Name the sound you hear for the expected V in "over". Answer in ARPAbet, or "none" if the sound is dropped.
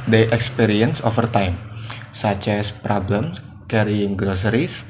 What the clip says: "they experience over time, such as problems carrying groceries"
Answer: F